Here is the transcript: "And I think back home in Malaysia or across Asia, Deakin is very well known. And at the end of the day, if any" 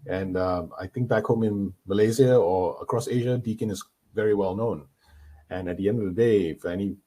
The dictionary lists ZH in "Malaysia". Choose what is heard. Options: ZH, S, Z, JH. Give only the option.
Z